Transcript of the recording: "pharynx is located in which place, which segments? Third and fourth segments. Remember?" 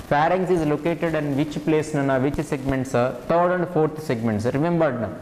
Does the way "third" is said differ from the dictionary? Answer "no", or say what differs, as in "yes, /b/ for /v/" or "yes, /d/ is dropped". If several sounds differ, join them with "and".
yes, /t/ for /θ/